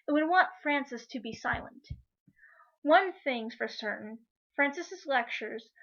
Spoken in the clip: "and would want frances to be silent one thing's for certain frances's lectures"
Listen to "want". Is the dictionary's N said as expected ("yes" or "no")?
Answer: yes